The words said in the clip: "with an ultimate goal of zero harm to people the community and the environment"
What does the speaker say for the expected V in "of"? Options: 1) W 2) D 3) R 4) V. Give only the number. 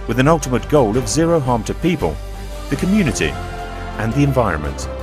4